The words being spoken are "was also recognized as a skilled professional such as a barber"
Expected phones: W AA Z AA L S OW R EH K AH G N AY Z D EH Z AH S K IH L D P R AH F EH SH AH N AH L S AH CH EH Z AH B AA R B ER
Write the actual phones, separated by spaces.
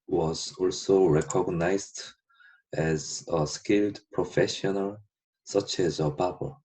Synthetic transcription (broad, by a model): W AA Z AA L S OW R EH K AH G N AY Z D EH Z AH S K IH L D P R AH F EH SH AH N AH L S AH CH EH Z AH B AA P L